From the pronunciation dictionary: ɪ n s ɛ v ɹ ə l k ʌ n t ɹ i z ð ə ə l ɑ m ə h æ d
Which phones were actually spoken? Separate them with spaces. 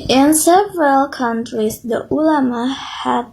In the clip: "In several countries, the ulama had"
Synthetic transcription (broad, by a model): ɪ n s ɛ v ɹ ə l k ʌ n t ɹ i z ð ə ə l ɑ m ə h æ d